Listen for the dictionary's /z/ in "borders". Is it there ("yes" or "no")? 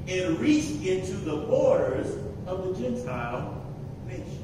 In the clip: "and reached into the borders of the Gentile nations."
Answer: yes